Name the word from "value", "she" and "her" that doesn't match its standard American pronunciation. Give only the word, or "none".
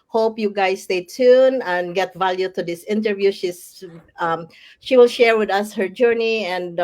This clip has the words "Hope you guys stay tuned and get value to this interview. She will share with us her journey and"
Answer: none